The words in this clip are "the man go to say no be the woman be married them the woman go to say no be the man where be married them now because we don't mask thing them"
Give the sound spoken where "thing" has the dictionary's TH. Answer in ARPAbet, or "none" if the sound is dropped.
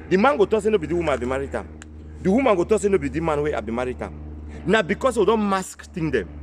T